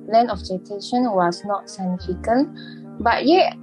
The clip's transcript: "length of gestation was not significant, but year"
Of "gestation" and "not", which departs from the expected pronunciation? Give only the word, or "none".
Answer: gestation